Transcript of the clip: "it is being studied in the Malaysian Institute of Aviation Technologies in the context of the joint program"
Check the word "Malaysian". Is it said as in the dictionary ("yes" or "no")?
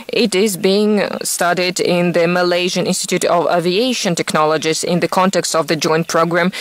yes